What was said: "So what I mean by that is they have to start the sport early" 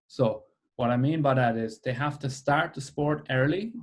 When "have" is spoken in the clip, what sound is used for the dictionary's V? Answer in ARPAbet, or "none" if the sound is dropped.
F